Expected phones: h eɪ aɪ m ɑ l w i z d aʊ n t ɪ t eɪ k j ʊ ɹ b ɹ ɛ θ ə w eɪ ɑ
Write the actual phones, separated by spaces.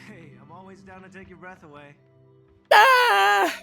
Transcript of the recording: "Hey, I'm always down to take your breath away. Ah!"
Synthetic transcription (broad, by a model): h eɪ aɪ m ɑ l w i z d aʊ n t ɪ t eɪ k j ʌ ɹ b ɹ ɛ θ ə w eɪ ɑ